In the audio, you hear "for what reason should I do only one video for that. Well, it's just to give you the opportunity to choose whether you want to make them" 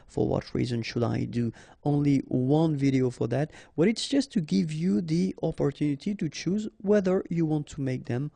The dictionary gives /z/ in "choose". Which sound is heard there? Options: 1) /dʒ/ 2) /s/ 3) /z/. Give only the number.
3